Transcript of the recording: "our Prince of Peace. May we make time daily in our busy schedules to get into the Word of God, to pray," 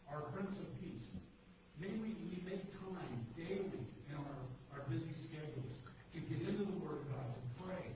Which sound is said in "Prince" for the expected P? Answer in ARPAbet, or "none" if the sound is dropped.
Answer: F